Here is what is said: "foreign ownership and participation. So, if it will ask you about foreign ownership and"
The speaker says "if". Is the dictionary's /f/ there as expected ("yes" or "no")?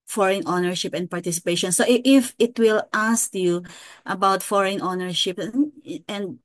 yes